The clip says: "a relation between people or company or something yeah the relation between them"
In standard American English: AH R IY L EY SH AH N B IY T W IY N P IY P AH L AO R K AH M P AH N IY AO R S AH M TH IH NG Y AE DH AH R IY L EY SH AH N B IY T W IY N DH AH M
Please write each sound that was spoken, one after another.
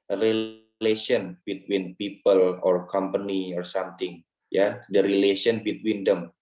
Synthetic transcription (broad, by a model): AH R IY L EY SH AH N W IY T W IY N P IY P AH L AO R K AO M P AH N IY AO R S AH M T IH NG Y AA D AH R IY L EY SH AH N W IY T W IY N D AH M